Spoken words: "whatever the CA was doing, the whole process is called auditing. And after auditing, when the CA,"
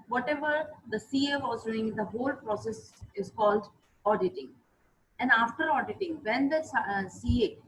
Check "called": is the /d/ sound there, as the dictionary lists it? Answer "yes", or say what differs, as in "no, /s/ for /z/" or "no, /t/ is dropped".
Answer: yes